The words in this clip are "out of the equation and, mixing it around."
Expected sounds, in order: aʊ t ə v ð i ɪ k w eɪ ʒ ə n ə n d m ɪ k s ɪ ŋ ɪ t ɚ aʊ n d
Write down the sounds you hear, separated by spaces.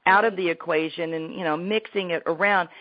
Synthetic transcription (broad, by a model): aʊ t ə v ð i ɪ k w eɪ ʒ ə n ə n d m ɪ k s ɪ ŋ ɪ t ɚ aʊ n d